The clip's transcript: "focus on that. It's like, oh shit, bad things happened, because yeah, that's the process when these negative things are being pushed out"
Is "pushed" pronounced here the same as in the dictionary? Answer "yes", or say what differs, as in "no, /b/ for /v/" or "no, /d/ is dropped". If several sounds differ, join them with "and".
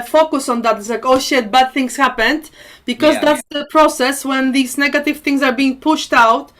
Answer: yes